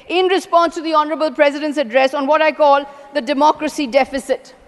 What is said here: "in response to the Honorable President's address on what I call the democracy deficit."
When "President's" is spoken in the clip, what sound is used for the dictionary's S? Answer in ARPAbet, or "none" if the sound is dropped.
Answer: S